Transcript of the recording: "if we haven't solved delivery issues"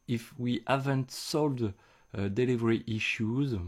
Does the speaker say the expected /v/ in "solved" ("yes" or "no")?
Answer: no